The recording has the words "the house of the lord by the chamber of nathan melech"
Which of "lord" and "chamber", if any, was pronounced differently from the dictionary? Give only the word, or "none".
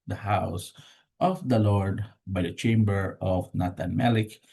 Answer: none